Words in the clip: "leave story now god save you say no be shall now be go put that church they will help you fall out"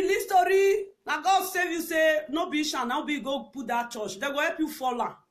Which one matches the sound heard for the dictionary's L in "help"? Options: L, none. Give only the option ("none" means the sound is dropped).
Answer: none